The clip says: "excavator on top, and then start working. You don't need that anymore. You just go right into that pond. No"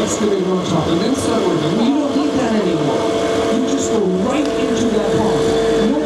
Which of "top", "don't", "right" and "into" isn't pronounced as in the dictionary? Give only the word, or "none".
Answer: top